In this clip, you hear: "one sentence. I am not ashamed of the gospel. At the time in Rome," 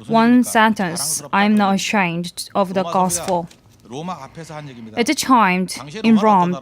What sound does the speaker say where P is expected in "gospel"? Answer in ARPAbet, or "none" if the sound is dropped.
F